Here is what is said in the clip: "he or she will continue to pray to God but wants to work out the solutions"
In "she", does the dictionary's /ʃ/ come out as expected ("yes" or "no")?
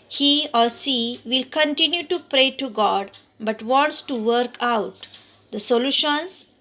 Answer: no